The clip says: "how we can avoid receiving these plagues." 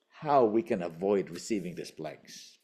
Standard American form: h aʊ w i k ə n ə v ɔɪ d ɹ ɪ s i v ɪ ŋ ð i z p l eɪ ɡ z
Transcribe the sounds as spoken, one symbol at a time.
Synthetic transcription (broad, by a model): h aʊ w i k ə n ə v ɔɪ d ɹ ɪ s i v ɪ ŋ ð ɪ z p l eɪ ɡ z